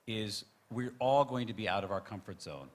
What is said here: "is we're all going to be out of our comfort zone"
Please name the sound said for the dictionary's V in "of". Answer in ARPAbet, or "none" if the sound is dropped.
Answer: V